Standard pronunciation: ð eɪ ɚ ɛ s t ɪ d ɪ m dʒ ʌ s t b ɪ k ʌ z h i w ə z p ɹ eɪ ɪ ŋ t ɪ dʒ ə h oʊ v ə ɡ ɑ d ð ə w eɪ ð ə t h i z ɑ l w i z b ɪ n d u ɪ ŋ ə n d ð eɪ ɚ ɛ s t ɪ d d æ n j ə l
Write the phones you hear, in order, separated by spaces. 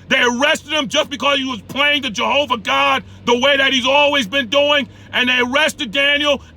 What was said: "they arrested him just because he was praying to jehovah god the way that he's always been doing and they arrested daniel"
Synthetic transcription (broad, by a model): ð eɪ ɚ ɛ s t ɪ d ɪ m dʒ ʌ s b ɪ k ʌ z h i w ə z p l eɪ ɪ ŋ t ɪ dʒ ə h oʊ v ə ɡ ɑ d ð ə w eɪ ð ə t h i z ɑ l w i z b ɪ n d u ɪ ŋ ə n ð eɪ ɚ ɛ s t ɪ d d æ n j l